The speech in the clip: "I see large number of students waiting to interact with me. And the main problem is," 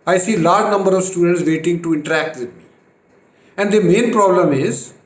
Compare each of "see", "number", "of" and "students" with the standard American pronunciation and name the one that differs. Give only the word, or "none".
none